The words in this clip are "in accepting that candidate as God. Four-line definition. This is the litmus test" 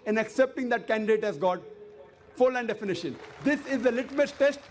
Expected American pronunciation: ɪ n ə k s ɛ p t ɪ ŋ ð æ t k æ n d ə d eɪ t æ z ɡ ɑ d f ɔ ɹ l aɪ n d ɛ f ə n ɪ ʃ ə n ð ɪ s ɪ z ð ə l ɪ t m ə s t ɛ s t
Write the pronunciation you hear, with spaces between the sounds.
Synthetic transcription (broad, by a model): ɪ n ə k s ɛ p t ɪ ŋ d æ t k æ n d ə d eɪ t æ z ɡ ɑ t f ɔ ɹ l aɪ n d ɛ f ə n ɪ ʃ ə n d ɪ s ɪ z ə l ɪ t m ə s t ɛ s t